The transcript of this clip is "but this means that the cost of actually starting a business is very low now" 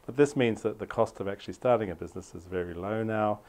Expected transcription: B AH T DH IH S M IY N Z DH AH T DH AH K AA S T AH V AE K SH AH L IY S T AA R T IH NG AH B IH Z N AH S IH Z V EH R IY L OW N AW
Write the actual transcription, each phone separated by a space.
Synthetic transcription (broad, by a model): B AH T DH IH S M IY N Z DH AH T DH AH K AA S T AH V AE K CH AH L IY S T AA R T IH NG AH B IH Z N AH S IH Z V EH R IY L OW N AW